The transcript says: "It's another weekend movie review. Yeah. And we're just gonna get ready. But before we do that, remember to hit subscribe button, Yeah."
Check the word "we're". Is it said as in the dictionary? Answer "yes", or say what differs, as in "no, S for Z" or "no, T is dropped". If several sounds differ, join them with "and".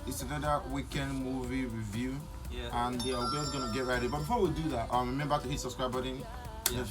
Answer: no, W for R